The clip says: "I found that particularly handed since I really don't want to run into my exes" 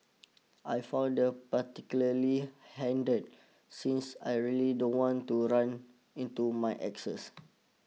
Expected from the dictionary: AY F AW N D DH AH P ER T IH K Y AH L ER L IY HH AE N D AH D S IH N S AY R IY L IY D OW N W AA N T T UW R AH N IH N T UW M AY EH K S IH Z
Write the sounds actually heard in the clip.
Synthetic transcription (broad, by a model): AY F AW D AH P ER T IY K Y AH L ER L IY HH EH N D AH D S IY N S AY R IY L IY D OW N W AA N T T UW R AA N IH N T UW M AY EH K S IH S